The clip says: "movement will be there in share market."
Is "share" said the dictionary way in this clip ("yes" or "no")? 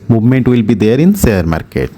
no